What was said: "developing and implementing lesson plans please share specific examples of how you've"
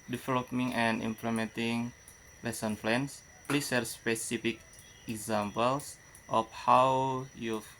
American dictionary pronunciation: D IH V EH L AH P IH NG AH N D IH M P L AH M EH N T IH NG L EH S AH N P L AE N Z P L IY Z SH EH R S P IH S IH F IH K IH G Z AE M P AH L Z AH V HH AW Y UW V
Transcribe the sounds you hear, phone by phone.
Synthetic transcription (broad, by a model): D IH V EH L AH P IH NG AH N D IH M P L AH M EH N T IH NG L EH S AH N F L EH N S P L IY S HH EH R S P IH S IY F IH K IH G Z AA M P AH L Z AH F HH AW Y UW